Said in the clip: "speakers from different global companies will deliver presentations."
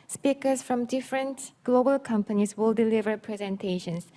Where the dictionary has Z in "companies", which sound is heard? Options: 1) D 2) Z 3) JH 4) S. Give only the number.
4